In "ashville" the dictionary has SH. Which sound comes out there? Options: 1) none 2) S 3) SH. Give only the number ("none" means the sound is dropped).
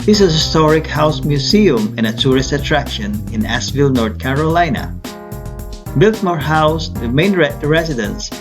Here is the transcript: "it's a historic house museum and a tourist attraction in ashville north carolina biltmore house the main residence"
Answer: 2